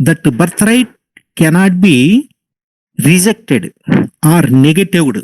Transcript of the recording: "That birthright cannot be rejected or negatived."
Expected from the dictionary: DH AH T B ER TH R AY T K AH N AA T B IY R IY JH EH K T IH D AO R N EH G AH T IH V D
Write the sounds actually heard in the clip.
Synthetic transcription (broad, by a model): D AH T B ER T R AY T K AH N AA T B IY R IY JH EH K T IH D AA R N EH G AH T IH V D